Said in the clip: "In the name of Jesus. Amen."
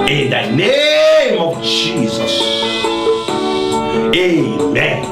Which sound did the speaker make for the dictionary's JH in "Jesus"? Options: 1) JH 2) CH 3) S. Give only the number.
1